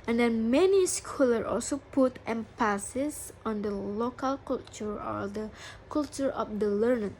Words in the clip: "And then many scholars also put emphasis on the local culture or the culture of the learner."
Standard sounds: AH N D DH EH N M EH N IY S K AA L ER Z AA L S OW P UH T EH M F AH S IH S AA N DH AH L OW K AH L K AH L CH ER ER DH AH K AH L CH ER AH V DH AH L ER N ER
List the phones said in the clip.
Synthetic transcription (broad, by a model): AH N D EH N M EH N IY S K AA L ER AA L S OW P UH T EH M P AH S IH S AA N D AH L OW K AH L K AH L CH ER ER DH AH K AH L CH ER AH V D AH L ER N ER